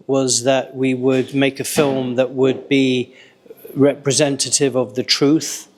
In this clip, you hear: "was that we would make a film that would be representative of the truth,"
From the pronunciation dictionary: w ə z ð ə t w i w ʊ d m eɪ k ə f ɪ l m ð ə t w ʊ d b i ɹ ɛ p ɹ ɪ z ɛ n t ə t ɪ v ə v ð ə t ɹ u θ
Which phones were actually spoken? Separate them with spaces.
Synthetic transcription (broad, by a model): w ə z ð ə t w i w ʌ d m eɪ k ə f ɪ l m ð ə t w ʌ d b i ɹ ɛ p ɹ ɪ z ɛ n t ə t ɪ v ə v ð ə t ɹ u θ